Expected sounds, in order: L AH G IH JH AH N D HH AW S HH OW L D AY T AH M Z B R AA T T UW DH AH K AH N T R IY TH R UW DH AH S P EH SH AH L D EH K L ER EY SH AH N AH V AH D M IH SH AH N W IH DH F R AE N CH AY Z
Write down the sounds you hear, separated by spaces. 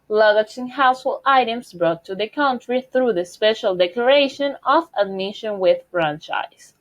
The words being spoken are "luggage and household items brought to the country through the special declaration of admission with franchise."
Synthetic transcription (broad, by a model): L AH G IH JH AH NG HH AW S HH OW L AY T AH M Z B R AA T T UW DH AH K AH N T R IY TH R UW DH AH S P EH SH AH L D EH K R EY SH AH N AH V AH D M IH SH AH N W IH DH F R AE N CH AY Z